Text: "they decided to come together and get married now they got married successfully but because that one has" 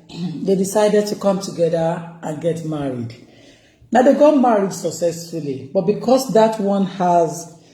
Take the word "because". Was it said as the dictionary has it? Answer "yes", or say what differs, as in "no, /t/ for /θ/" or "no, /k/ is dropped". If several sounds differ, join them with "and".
no, /s/ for /z/